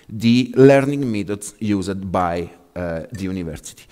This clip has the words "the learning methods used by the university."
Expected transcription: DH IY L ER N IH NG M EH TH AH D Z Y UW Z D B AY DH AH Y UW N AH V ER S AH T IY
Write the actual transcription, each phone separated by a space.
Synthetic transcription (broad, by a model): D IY L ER N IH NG M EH T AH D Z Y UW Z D B AY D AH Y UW N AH V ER S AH T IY